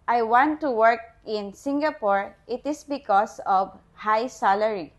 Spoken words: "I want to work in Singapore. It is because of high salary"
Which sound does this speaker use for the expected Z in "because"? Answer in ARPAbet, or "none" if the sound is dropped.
S